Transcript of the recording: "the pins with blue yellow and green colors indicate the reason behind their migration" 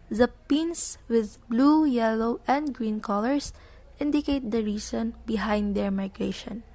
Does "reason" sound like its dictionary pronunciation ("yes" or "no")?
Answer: no